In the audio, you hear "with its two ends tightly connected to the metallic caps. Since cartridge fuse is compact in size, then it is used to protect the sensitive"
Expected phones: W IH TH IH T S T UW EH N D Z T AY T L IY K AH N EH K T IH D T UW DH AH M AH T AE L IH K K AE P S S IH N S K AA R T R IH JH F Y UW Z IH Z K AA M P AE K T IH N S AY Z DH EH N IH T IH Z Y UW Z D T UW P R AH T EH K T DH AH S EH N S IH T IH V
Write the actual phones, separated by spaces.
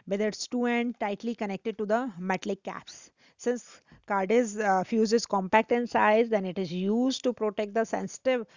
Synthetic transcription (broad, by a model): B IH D IH T S T UW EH N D T AY T L IY K AH N EH K T IH D T UW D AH M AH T L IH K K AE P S S IH N S K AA R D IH Z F Y UW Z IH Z K AA M P AE K T IH N S AY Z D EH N IH T IH Z Y UW Z D T UW P R AH T EH K T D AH S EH N S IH T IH V